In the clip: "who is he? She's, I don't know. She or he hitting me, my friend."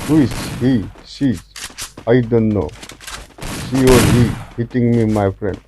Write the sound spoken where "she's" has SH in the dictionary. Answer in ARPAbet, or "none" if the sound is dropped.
S